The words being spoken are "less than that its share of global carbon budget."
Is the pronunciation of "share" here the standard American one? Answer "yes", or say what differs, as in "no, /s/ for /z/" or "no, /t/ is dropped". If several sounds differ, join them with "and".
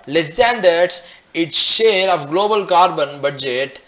yes